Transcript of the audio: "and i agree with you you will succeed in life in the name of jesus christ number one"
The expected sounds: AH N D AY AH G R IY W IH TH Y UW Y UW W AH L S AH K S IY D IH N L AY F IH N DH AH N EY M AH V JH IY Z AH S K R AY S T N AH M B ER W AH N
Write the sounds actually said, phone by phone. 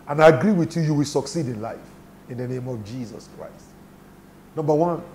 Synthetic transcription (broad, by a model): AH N AY AH G R IY W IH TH Y UW Y UW W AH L S AH K S IY D IH N L AY F IH N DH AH N EY M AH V JH IY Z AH S K R AY S T N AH M B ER W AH N